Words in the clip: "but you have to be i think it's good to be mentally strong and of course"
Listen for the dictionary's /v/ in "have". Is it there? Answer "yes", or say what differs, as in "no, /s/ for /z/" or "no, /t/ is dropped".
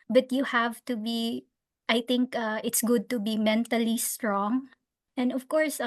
yes